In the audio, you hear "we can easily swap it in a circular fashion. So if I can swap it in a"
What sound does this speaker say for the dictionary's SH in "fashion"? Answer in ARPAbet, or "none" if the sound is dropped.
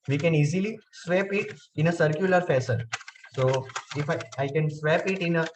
S